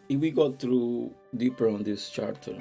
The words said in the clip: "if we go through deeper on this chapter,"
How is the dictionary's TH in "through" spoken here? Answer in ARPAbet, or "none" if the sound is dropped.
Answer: T